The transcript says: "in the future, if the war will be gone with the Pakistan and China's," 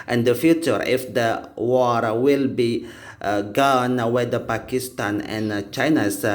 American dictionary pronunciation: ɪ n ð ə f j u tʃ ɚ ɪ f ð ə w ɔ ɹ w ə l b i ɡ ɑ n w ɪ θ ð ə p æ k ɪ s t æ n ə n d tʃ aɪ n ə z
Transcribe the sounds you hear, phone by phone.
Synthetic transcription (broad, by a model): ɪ n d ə f j u tʃ ɚ ɪ f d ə w ɔ ɹ w ə l b i ɡ ɑ n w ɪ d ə p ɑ k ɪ s t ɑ n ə n tʃ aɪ n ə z